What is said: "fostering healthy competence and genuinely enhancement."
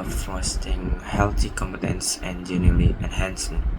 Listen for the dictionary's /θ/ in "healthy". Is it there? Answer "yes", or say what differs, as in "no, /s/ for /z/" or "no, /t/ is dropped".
no, /t/ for /θ/